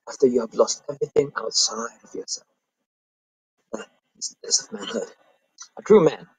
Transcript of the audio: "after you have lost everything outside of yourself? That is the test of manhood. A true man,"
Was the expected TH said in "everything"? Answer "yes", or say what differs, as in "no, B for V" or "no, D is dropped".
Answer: yes